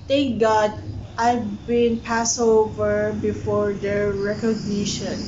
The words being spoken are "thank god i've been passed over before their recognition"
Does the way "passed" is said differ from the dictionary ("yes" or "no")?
yes